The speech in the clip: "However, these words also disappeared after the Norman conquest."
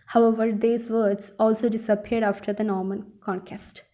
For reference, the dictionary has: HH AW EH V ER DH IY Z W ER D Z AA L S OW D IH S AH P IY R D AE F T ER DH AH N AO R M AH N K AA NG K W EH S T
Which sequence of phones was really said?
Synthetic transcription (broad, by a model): HH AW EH V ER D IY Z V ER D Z AA L S OW D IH S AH P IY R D AE F T ER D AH N AO R M AH N K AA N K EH S T